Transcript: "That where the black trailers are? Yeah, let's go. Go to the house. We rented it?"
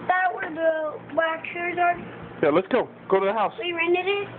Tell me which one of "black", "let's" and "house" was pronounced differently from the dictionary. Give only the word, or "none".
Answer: black